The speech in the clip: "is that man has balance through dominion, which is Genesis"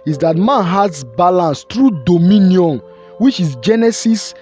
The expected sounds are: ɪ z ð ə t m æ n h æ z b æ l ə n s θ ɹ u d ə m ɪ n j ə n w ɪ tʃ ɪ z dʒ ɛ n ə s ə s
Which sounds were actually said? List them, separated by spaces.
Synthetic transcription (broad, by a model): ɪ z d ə t m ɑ n h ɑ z b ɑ l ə n s t ɹ u d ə m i n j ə n w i tʃ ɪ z dʒ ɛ n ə s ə s